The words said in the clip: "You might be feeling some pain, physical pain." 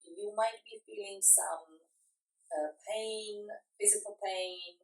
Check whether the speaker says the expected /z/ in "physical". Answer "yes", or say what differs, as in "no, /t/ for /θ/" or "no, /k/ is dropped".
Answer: yes